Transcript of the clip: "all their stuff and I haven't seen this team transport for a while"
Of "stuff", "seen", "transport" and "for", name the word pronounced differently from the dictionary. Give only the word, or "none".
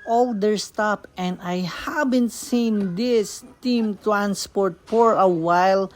stuff